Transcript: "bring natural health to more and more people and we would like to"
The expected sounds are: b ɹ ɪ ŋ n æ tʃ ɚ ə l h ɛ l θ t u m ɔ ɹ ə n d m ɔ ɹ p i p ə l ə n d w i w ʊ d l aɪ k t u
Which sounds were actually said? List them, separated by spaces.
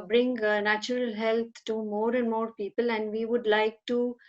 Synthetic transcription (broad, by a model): b ɹ ɪ ŋ n æ tʃ ɚ ə l h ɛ l t t u m ɔ ɹ ə n d m ɔ ɹ p i p ə l ə n d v i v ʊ d l aɪ k t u